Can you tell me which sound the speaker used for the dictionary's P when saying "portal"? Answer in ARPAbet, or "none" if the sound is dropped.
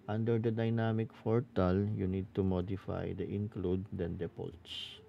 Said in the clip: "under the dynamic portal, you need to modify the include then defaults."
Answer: F